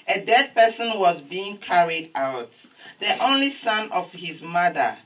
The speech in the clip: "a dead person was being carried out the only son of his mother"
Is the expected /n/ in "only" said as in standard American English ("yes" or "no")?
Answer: yes